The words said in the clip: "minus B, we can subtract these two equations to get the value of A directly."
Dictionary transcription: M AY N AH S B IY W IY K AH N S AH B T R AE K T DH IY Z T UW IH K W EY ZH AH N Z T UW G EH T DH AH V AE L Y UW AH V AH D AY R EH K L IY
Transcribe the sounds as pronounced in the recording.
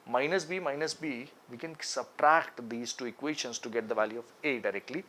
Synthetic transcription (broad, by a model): M AY N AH S B IY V IY K AH N S AH B T R AE K T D IY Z T UW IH K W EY SH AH N S T UW G EH T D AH V AE L Y UW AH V AH D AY R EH K L IY